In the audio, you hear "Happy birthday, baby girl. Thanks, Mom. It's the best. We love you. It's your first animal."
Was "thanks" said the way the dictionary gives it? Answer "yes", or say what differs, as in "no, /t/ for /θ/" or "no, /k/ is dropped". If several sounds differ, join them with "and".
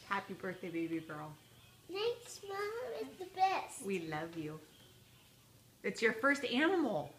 no, /ŋ/ is dropped